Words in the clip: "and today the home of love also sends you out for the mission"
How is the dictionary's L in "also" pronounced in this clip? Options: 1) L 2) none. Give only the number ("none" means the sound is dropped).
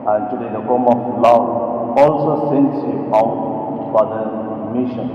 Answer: 1